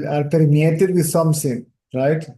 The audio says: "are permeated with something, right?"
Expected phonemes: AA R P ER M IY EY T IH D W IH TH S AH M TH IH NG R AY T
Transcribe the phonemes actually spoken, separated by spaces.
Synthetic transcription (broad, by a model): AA R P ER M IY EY T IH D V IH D S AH M S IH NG R AY T